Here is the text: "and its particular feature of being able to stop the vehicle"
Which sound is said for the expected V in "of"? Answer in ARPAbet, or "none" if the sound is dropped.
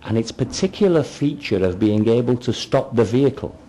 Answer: V